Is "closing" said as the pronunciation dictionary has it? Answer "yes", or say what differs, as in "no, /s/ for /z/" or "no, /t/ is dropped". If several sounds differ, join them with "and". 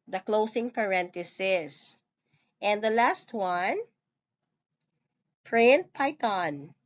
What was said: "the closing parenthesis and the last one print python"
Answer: no, /s/ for /z/